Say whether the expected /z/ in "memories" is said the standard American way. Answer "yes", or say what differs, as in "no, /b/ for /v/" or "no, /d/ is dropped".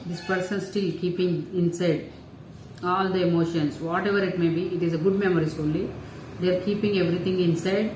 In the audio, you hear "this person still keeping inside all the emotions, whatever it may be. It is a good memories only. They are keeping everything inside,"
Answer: no, /s/ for /z/